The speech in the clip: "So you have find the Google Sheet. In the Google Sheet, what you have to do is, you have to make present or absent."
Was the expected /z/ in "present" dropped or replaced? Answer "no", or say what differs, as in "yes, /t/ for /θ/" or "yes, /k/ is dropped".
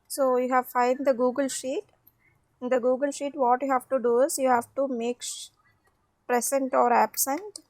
yes, /s/ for /z/